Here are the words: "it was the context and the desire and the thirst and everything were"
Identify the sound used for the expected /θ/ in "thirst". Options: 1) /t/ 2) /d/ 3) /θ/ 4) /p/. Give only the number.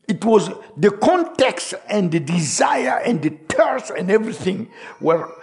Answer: 1